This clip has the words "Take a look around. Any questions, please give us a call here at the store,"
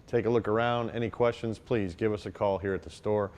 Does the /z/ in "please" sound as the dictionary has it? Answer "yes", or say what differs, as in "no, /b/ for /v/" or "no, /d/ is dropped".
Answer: yes